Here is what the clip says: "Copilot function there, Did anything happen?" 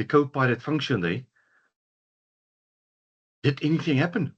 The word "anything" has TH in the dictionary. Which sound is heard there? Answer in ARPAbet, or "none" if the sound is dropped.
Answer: TH